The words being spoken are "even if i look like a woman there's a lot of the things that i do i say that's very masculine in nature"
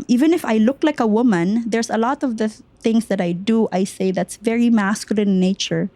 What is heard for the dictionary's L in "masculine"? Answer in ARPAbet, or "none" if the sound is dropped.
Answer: none